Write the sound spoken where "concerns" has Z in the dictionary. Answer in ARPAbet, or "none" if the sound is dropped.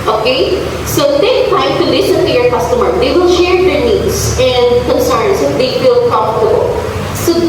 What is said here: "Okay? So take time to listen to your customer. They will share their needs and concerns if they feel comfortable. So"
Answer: S